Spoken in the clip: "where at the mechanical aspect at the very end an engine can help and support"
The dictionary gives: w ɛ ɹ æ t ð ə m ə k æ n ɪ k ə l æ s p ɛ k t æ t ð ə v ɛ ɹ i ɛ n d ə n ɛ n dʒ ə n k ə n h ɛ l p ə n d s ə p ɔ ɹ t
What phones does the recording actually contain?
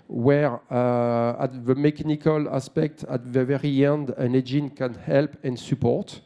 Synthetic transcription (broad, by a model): w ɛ ɹ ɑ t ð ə m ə k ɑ n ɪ k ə l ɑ s p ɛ k t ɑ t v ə v ɛ ɹ i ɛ n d ə n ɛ dʒ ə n k ə n h ɛ l p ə n s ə p ɔ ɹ t